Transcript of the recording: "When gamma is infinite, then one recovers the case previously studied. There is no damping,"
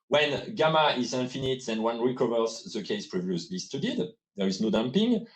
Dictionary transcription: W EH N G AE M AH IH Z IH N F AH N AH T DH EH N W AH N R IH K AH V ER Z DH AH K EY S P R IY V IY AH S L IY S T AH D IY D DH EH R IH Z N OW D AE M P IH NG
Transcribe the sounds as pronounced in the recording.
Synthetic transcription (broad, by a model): W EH N G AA M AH IH Z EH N F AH N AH T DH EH N W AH N R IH K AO V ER S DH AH K EY S P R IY V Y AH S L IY S T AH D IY D DH EH R IH Z N OW D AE M P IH NG